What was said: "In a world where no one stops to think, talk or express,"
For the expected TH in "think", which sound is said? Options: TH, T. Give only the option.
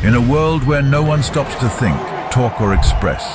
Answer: TH